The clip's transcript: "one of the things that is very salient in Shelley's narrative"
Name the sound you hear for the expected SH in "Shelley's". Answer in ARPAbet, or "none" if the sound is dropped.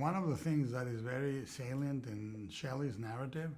SH